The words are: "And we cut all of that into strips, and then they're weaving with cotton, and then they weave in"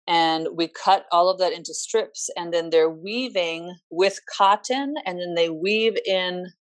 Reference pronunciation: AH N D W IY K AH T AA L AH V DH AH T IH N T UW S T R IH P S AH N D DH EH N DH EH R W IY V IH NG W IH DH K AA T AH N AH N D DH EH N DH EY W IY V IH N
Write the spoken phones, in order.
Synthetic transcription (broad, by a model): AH N W IY K AH T AA L AH V DH AH T IH N T UW S T R IH P S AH N DH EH N DH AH R W IY V IH NG W IH DH K AA T AH N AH N DH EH N DH EY W IY V IH N